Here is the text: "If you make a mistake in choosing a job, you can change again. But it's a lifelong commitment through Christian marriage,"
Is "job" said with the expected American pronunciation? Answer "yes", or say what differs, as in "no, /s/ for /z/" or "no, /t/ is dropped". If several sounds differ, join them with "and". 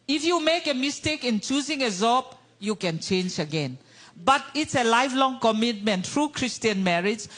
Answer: no, /z/ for /dʒ/